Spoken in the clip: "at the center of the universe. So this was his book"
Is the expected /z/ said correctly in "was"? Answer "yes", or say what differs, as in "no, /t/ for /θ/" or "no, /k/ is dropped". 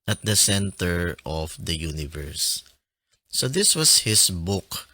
no, /s/ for /z/